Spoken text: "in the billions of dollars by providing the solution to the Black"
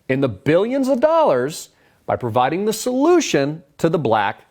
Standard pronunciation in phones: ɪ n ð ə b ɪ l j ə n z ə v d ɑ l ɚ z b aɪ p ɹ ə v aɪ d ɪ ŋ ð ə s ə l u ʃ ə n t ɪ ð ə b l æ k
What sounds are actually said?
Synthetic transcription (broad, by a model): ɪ n ð ə b ɪ l j ə n z ə v d ɑ l ɚ z b aɪ p ɹ ə v aɪ d ɪ ŋ ð ə s ə l u ʃ ə n t ɪ ð ə b l æ k